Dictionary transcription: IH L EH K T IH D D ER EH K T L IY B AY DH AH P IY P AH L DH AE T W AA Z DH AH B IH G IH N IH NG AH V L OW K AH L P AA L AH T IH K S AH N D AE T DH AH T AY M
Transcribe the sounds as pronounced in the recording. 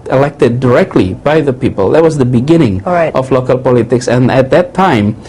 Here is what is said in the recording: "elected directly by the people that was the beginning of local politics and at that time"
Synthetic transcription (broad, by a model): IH L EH K T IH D D ER EH K T L IY B AY DH AH P IY P AH L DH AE T W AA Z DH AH B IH G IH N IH NG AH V L OW K AH L P AA L AH T IH K S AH N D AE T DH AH T AY M